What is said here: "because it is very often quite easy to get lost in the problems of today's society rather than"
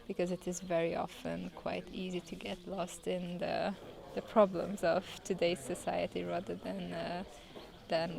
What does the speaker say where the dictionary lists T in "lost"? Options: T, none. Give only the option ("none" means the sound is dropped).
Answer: T